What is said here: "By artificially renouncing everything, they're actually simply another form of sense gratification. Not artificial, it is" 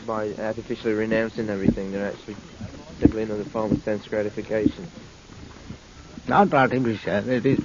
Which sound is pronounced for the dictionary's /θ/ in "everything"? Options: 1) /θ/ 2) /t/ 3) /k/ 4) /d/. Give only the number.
1